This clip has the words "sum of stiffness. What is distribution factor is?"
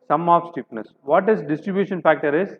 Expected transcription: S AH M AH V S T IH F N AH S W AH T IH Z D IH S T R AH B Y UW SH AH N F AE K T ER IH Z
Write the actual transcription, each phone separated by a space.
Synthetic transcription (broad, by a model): S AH M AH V S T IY P N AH S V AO T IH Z D IH S T R AH B Y UW SH AH N F AE K T ER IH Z